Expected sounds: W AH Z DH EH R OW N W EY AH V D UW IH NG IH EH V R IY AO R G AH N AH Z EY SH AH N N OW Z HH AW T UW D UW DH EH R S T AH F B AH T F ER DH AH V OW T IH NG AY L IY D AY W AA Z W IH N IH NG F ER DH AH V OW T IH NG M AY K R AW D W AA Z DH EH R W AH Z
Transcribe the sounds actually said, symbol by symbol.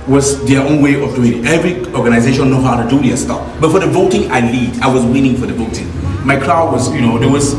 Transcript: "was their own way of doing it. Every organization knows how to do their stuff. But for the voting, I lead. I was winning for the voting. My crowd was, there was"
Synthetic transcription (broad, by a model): W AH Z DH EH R OW N W EY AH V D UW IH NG IH EH V R IY AO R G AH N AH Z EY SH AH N N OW HH AW T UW D UW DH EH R S T AH F B AH T F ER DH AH V OW T IH NG AY L IY D AY W AA Z W IH N IH NG F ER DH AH V OW T IH NG M AY K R AW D W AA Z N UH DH W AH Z